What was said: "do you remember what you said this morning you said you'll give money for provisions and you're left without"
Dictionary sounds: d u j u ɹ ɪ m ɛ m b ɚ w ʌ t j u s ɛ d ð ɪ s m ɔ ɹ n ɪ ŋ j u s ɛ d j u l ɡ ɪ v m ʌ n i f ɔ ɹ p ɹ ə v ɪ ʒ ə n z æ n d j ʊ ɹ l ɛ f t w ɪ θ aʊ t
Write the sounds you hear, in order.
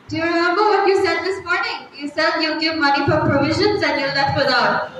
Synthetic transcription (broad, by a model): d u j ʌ ɹ ɪ m ɛ m b ɚ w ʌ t j u s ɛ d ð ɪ s m ɔ ɹ n ɪ ŋ j u s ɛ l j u ɡ ɪ v m ʌ n i f ɔ ɹ p ɹ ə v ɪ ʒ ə n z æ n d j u l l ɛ t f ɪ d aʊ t